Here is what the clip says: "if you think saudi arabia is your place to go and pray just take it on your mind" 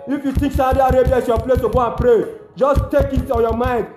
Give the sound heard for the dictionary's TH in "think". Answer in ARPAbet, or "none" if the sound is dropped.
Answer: T